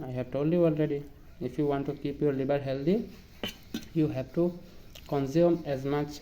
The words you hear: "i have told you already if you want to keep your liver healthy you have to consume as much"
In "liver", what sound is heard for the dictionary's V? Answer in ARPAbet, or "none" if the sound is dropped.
B